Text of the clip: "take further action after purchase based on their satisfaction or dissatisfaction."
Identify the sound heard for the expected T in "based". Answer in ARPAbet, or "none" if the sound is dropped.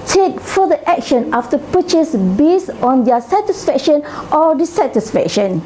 none